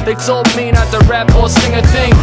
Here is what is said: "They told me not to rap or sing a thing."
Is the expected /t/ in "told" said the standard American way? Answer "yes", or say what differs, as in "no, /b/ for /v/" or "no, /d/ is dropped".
no, /s/ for /t/